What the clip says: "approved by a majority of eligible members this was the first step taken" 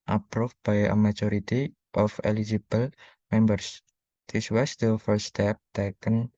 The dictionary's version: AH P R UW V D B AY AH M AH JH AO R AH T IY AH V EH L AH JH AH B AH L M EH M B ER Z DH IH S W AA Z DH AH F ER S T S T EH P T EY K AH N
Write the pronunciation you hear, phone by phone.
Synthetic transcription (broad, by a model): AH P R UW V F B AY AH M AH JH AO R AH T IY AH F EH L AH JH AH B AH L M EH M B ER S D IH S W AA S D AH F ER T S T EH P T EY K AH N